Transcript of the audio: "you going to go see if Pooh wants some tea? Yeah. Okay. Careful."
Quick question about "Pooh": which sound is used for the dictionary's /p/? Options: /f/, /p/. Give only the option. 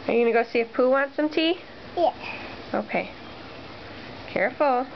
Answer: /p/